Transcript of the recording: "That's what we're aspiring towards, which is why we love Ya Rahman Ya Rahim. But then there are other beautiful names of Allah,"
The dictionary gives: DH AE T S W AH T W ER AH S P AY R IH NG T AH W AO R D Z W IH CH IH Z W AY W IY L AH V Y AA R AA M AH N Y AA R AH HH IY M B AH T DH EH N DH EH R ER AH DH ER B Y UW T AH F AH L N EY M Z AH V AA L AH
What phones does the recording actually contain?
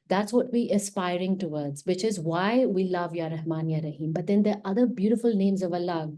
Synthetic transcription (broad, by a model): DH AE T S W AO T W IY AH S P AY R IH NG T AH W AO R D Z W IH CH IH Z W AY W IY L AH V Y AA R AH M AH N Y AA R AH HH IY M B AH T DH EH N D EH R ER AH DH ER B Y UW T AH F AH L N EY M Z AH V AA L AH